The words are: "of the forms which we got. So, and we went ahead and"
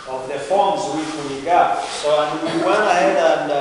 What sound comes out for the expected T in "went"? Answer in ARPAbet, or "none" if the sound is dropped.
none